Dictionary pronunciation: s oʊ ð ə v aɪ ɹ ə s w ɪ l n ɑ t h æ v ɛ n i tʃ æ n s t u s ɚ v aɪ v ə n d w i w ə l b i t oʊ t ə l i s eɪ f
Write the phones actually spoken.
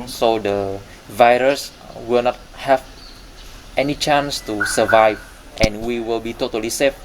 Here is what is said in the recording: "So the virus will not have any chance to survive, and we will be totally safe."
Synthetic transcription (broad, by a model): s oʊ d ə v aɪ ɹ ə s w ɪ l n ɑ t h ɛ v ɛ n i tʃ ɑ n s t u s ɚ v aɪ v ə n w i w ə l b i t oʊ t ə l i s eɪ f